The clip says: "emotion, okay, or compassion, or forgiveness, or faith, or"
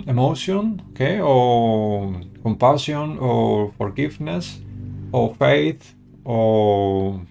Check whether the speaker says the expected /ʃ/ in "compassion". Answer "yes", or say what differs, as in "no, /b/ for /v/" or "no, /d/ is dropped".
no, /s/ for /ʃ/